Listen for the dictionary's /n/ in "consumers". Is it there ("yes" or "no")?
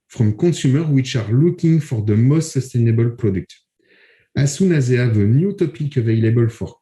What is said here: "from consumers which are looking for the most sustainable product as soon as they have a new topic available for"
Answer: no